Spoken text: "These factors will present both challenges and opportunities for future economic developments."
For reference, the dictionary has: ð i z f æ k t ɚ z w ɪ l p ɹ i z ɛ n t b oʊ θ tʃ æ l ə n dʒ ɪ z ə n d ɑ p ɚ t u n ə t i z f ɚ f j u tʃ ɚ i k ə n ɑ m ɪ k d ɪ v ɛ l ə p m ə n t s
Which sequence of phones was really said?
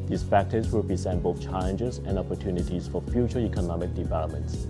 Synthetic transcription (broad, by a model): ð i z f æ k t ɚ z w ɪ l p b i s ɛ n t b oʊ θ tʃ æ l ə n dʒ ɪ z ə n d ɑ p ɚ t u n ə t i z f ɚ f j u tʃ ɚ i k ə n ɑ m ɪ k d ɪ v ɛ l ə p m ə n t s